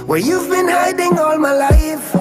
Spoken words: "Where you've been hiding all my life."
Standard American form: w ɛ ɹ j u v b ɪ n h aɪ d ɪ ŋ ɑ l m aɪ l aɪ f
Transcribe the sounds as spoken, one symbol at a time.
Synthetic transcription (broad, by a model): w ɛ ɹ j u v b ɪ n h aɪ d ɪ ŋ ɑ l m aɪ l aɪ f